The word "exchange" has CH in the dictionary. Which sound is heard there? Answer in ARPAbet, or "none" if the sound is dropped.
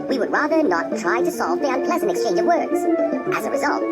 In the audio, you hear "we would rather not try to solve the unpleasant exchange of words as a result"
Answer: CH